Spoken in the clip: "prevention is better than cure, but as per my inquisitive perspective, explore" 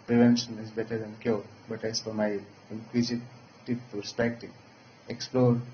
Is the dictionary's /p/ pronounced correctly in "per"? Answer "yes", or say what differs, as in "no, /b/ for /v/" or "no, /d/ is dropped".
no, /f/ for /p/